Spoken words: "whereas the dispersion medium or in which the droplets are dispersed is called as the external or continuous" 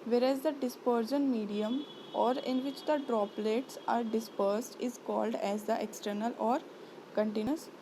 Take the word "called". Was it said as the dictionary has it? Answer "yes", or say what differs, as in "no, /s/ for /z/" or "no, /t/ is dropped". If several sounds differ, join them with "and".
yes